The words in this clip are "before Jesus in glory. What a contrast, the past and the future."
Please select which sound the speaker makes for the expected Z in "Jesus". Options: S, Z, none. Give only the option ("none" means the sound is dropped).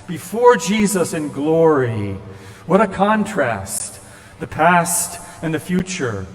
Z